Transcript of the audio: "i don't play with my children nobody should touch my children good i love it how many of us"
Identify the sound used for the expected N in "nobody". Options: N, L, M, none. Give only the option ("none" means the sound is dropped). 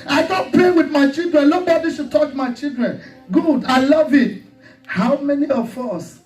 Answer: L